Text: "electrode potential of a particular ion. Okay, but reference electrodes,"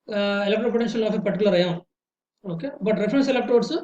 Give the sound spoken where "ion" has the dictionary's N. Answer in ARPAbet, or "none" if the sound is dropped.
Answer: none